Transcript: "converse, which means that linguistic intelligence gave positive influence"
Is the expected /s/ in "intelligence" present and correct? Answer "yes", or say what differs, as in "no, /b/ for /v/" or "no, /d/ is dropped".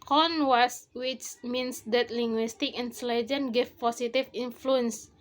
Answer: no, /s/ is dropped